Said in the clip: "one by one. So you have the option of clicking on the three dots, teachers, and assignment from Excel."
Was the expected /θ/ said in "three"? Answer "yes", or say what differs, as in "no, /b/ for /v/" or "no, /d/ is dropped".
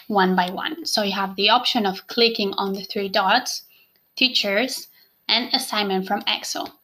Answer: yes